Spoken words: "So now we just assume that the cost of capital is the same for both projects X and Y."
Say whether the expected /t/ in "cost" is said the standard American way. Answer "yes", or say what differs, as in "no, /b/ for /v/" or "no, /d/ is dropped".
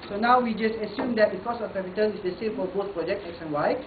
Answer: no, /t/ is dropped